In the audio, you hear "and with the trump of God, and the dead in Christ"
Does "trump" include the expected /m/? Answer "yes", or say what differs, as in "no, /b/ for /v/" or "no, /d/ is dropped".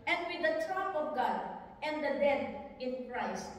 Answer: no, /m/ is dropped